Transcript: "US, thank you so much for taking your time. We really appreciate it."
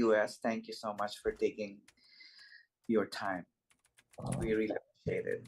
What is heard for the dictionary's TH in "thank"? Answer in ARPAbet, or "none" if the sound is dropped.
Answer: T